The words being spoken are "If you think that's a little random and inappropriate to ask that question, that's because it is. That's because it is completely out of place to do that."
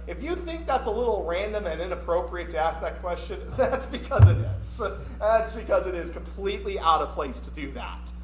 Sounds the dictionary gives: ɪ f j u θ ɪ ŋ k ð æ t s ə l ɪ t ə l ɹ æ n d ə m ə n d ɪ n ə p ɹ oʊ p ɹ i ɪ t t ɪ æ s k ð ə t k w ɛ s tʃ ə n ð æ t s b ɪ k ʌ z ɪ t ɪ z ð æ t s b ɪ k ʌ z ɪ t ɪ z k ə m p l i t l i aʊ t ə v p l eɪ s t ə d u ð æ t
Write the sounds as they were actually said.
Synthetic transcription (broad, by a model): ɪ f j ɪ θ ɪ ŋ k ð æ t s ə l ɪ t l ɹ æ n d ə m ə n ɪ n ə p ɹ oʊ p ɹ i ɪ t t ɪ æ s k ð ə t k w ɛ s tʃ ə n ð æ t s b ɪ k ʌ z ɪ t ɪ z ð æ t s b ɪ k ʌ z ɪ t ɪ z k ə m p l i t l i aʊ t ə v p l eɪ s t ə d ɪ ð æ t